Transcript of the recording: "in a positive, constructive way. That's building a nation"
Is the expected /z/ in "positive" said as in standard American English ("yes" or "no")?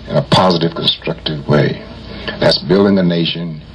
yes